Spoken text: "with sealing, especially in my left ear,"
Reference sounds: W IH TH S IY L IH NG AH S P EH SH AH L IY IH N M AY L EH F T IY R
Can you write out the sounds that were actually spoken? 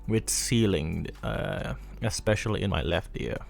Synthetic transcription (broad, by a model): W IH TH S IY L IH NG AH S P EH SH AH L IY IH N M AY L EH F T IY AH